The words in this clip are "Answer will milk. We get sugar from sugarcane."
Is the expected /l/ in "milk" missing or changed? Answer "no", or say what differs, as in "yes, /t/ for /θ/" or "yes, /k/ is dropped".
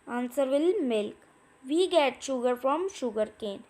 no